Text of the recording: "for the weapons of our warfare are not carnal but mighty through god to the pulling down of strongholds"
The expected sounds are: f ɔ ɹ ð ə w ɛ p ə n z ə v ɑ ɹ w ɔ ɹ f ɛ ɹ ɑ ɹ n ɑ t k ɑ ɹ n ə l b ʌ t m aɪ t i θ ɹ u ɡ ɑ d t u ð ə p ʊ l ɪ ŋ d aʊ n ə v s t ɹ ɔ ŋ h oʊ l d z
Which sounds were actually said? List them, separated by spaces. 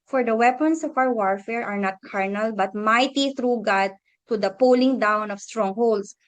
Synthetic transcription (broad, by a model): f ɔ ɹ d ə w ɛ p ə n s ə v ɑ w w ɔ ɹ f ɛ ɹ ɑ ɹ n ɑ t k ɑ ɹ n ə l b ʌ t m aɪ t i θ ɹ u ɡ ɑ d t u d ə p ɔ l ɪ ŋ d aʊ n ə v s t ɹ ɔ ŋ h oʊ l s